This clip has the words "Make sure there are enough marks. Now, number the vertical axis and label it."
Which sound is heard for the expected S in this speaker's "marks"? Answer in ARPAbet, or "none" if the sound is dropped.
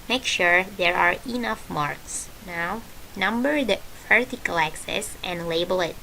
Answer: S